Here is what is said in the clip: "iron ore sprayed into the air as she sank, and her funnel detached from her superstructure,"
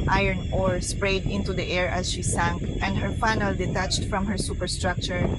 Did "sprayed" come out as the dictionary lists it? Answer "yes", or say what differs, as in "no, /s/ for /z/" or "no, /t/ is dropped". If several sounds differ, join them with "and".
yes